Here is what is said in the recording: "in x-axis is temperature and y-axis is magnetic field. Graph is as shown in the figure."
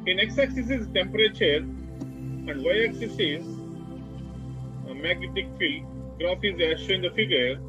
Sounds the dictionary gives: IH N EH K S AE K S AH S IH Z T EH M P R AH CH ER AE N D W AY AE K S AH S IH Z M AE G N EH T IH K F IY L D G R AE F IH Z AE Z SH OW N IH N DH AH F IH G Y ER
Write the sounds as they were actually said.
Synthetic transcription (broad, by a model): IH N EH K S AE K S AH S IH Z T EH M P R AH CH ER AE N D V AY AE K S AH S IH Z M AE G N EH T IH K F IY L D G R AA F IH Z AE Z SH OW IH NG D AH F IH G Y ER